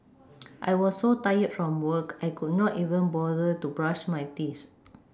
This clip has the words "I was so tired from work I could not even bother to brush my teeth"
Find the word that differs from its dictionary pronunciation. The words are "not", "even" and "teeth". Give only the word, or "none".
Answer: teeth